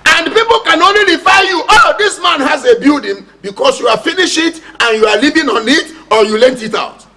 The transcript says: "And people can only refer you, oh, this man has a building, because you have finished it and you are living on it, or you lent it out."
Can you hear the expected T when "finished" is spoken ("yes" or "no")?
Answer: no